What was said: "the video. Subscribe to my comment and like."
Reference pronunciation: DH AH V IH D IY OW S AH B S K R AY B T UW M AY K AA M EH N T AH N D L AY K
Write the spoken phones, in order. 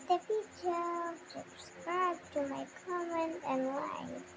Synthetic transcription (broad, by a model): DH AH F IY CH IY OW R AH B S K R AY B T UW M AY K AA M EH N T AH N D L AY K